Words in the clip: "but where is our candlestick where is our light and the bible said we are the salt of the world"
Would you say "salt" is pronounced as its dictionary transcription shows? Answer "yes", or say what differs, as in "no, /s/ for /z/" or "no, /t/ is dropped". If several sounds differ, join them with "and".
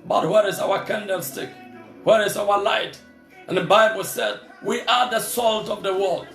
yes